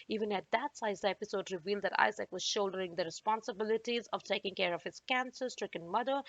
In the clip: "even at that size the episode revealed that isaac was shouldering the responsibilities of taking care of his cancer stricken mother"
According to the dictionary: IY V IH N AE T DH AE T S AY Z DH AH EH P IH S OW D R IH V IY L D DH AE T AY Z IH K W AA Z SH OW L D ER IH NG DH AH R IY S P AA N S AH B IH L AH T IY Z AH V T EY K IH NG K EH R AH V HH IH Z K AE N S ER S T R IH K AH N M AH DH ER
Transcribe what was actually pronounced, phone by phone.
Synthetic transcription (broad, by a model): IY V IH N AE T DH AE T S AY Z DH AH EH P IH S OW D R IH V IY L D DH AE T AY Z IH K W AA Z SH OW L D ER IH NG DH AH R IY S P AA N S AH B IH L AH T IY Z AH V T EY K IH NG K EH R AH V HH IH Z K AE N S ER S T R IH K AH N M AH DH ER